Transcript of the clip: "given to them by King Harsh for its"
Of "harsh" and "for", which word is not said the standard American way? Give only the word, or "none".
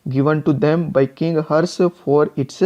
harsh